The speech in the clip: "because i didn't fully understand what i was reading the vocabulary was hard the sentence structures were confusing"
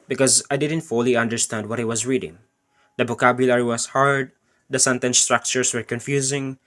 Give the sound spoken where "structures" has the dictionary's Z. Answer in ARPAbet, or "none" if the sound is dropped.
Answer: S